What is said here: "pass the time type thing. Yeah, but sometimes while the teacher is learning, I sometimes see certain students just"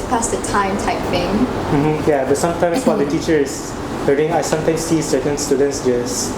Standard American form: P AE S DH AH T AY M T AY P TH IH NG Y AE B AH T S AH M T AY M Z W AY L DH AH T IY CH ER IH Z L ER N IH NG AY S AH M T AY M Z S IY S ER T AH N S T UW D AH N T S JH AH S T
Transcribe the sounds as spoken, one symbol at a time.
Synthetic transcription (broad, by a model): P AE S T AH T AY M T AY P F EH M Y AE B AH T S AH M T AY M S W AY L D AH T IY CH ER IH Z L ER IH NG AY S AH M T AY M S IY S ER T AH N S T UW D AH N T S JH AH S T